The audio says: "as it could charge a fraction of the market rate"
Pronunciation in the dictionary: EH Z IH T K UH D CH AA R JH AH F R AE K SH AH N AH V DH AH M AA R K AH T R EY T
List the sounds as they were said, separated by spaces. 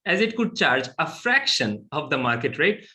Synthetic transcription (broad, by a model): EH Z IH T K UH D CH AA R JH AH F R AE K SH AH N AH V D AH M AA R K AH T R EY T